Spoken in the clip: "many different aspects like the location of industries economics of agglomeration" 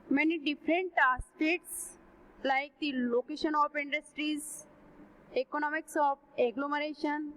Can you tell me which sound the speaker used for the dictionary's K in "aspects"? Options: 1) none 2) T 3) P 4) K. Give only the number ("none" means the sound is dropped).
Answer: 1